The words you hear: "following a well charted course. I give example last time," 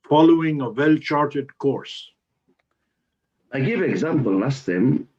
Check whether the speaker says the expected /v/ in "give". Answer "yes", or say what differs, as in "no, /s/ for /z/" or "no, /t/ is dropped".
yes